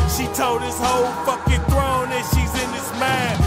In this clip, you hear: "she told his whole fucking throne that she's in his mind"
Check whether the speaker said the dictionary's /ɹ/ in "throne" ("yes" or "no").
yes